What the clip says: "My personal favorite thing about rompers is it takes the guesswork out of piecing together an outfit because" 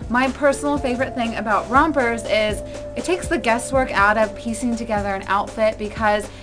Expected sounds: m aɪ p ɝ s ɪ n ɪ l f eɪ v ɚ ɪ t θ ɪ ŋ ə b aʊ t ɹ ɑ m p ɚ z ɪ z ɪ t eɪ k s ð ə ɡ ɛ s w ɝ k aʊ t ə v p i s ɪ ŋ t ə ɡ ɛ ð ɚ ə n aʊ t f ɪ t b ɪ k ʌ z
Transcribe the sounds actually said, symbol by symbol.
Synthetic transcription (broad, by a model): m aɪ p ɝ s n l f eɪ v ɚ ɪ t θ ɪ ŋ ə b aʊ t ɹ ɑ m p ɚ z ɪ z ɪ t eɪ k s ð ə ɡ ɛ s w ɝ k aʊ t ə v p i s ɪ ŋ t ə ɡ ɛ ð ɚ ə n aʊ t f ɪ t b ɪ k ʌ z